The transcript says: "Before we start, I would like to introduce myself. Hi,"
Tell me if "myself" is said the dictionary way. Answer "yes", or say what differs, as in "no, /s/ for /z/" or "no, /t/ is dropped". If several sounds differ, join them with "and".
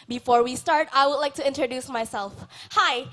yes